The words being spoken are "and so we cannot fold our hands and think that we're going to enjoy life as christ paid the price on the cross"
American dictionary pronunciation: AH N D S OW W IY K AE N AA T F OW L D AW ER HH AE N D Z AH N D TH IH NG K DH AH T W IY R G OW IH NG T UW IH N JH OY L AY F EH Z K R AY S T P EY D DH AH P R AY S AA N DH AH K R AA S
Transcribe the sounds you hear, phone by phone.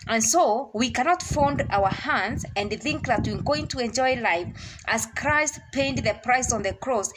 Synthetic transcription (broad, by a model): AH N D S OW W IY K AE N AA T F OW N D AW ER HH AE N D Z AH N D TH IH NG K DH AH T W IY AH G OW IH NG T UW IH N JH OY L AY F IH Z K R AY S T P EY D DH AH P R AY S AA N DH AH K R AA S